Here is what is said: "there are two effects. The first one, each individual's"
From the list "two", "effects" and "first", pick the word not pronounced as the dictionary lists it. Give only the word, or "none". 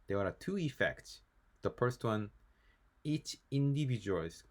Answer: none